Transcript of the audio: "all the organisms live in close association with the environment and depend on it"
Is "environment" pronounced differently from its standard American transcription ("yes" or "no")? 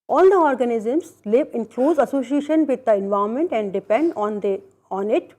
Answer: yes